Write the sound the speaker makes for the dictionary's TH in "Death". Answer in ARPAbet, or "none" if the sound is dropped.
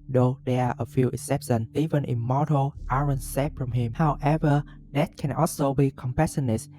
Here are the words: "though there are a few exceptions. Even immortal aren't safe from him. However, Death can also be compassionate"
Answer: T